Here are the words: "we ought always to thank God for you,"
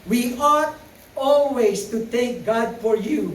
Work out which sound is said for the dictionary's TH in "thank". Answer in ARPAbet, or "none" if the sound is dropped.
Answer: T